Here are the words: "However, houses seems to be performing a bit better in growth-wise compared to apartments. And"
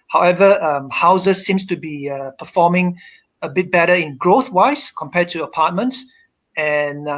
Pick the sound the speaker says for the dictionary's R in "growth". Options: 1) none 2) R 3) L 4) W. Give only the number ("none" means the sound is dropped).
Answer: 2